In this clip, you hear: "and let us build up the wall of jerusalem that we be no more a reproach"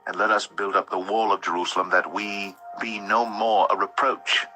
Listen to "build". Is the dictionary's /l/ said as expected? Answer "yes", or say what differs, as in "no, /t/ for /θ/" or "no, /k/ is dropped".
yes